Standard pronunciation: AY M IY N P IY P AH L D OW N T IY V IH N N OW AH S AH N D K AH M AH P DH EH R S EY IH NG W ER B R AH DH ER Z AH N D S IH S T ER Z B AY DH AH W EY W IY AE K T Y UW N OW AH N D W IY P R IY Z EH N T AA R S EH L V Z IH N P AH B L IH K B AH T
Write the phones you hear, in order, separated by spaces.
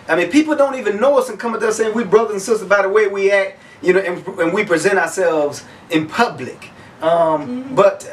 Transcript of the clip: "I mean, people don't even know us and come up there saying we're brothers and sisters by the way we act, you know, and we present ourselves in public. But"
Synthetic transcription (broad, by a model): AY M IY N P IY P L D OW N T IY V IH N N OW AH S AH N K AH M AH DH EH S EY IH NG W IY B R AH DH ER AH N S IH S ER B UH DH AH W EY W IY AE K T Y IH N OW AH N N W IY P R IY Z EH T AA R S EH L V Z IH N P AH B L IH K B AH T